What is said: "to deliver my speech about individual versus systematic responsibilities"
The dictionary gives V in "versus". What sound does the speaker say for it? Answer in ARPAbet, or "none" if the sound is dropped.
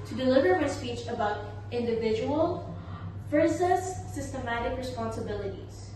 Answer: F